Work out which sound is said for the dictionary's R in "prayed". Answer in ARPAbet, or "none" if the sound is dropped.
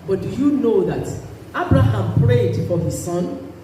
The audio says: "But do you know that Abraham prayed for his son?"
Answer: R